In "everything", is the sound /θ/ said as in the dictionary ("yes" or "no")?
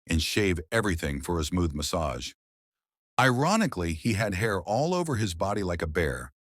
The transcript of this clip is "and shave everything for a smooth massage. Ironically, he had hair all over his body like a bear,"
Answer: yes